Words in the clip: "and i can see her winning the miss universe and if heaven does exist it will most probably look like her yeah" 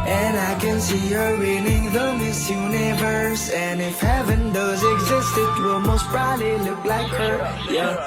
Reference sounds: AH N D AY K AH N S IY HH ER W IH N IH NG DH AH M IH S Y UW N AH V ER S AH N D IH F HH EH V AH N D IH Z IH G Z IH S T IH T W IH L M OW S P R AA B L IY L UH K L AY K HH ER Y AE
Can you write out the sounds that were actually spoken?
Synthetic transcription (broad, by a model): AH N AY K AH N S IY HH ER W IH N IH NG DH AH M IH S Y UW N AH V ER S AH N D IH F HH EH V AH N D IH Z IH G Z IH S T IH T W IH L M OW S B R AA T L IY L UH K L AY K HH ER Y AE